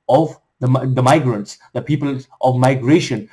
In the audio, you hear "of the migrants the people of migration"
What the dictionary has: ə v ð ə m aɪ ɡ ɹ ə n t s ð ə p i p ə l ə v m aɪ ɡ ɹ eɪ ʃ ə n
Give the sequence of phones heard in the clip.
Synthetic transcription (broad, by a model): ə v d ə m aɪ ɡ ɹ ə n t s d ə p i p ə l ə v m aɪ ɡ ɹ eɪ ʃ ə n